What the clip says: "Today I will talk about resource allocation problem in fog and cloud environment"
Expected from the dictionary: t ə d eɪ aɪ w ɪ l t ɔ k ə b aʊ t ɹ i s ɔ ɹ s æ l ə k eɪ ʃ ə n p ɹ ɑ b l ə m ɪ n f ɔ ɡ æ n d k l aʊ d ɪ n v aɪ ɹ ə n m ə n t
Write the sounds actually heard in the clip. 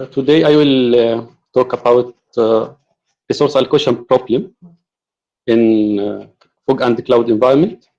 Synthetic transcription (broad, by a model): t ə d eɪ aɪ w ɪ l t ɔ k ə b aʊ t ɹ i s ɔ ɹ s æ l k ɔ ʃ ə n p ɹ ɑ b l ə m ɪ n f ɔ ɡ æ n d k l aʊ d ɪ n v aɪ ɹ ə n m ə n t